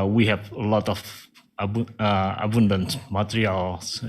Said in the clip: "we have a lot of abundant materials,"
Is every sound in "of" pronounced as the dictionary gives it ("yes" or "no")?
no